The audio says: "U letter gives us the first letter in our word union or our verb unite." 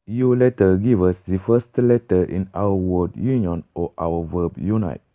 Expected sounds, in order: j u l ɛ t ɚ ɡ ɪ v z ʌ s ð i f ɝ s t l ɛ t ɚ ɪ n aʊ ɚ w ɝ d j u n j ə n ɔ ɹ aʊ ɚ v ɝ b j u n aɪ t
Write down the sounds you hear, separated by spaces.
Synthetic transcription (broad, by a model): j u l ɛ t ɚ ɡ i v ʌ s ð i f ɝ s t l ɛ t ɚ ɪ n aʊ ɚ w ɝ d j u n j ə n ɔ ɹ aʊ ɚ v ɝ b j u n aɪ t